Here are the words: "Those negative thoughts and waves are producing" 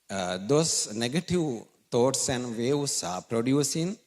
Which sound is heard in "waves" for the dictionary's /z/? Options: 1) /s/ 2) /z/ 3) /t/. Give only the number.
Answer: 1